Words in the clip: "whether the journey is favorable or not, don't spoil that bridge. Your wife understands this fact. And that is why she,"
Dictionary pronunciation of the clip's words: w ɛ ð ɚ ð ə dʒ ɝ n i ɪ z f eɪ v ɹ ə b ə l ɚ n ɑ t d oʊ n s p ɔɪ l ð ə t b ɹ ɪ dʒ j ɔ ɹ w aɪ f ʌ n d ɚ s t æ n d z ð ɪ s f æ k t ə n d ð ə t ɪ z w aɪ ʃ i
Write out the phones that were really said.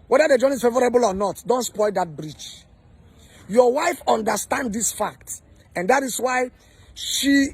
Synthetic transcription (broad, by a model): w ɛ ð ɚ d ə dʒ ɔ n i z f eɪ v ɹ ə b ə l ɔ n ɑ t d oʊ n s p ɔɪ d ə t b ɹ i tʃ j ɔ w aɪ f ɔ n d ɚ s t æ n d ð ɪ s f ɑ k t ə n d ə t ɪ s w aɪ ʃ i